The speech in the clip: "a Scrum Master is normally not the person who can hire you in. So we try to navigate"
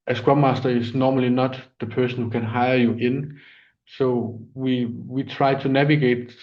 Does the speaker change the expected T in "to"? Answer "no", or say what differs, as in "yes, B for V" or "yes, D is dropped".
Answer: yes, S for T